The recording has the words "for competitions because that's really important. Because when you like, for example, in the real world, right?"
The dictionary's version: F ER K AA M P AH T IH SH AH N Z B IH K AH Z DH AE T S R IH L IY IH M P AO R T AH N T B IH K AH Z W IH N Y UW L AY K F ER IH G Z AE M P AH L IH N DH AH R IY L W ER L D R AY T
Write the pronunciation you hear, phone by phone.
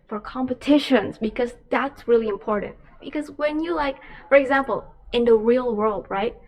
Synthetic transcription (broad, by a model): F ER K AA M P AH T IH SH AH N Z B IH K AH Z DH AE T S R IH L IY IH M P AO R T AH N T B IH K AH Z W IH N Y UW L AY K F ER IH G Z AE M P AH L IH N DH AH R IY L W ER L D R AY T